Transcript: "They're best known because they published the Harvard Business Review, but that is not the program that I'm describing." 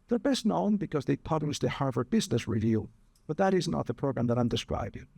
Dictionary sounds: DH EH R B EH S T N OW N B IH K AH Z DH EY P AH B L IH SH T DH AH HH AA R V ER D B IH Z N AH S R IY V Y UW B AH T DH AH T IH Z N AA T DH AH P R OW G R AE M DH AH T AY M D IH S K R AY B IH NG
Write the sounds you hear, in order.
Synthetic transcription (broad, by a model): DH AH R B EH S T N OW N B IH K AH Z DH EY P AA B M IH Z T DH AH HH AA R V ER B IH Z N AH S R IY V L B AH T DH AH T IH Z N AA T DH AH P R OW G R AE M DH AH T AY M D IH S K R AY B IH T